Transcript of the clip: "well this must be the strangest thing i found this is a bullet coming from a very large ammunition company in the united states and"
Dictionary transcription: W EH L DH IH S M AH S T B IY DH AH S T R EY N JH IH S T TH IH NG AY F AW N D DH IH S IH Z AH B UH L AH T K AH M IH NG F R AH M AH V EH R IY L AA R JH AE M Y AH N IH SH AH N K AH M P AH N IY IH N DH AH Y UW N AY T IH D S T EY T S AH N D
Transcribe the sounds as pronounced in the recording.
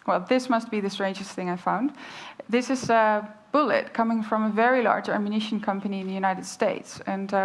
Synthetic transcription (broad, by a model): W EH L DH IH S M AH S T B IY DH AH S T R EY N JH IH S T TH IH NG AY F AW N D DH IH S IH Z AH B UH L AH T K AH M IH NG F R AH M AH V EH R IY L AA R JH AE M Y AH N IH SH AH N K AH M P AH N IY IH N DH AH Y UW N AY T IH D S T EY T S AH N